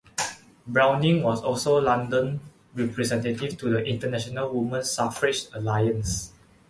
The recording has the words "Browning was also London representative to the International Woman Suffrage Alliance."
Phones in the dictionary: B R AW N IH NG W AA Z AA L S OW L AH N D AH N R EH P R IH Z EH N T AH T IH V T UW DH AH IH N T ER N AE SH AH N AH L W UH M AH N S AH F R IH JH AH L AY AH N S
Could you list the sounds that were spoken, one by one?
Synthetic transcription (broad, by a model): B R AW N IH NG W AA S AA L S OW L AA N D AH N R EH P R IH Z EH N T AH T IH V T UW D AH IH N T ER N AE SH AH N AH L W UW M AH N S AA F R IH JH AH L AY AH N S